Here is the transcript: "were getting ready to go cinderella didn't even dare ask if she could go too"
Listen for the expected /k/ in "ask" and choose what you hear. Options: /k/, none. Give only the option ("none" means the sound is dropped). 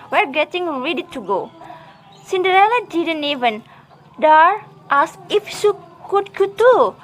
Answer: none